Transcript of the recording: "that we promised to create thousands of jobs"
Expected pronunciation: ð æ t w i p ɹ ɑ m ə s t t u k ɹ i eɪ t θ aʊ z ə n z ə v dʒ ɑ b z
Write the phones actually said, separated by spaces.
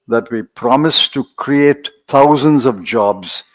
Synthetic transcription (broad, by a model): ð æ t w i p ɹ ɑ m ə s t t u k ɹ i eɪ t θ aʊ z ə n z ə v dʒ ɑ b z